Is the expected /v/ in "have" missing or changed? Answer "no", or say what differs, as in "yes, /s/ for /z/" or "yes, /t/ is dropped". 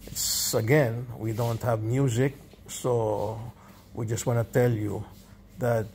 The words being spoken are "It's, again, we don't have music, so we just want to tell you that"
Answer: no